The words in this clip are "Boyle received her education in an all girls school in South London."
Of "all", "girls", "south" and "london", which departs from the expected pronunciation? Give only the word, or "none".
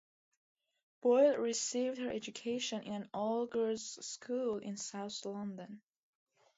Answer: girls